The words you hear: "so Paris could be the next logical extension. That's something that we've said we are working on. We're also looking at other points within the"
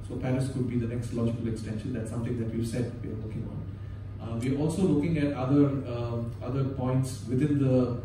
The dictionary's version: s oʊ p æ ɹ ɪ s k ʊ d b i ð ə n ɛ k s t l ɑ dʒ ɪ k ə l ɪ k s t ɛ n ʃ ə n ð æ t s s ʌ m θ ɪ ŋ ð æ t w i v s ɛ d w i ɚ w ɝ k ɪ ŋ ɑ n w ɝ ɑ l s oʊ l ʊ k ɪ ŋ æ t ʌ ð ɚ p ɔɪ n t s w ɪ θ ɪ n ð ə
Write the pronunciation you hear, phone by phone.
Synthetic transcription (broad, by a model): s oʊ p æ ɹ ɪ s k ʊ d b i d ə n ɛ k s t l ɑ dʒ ɪ k ə l ɪ k s t ɛ n ʃ ə n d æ t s s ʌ m t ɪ ŋ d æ t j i s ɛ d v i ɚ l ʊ k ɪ ŋ ɑ n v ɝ ɑ l s oʊ l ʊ k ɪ ŋ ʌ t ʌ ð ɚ p ɔɪ n t s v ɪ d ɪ n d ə